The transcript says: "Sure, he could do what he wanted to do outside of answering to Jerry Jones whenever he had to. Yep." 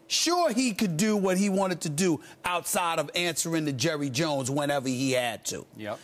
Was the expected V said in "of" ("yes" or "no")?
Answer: yes